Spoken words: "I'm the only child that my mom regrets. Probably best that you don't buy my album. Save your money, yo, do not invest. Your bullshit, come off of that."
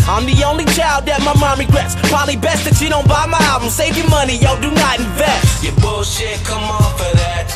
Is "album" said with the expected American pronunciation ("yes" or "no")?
no